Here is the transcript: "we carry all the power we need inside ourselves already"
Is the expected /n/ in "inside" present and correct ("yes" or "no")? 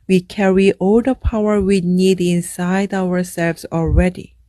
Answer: yes